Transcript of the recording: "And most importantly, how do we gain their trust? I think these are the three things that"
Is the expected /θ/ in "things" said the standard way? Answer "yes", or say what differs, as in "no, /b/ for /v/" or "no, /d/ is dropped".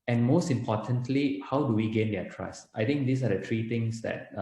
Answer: no, /t/ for /θ/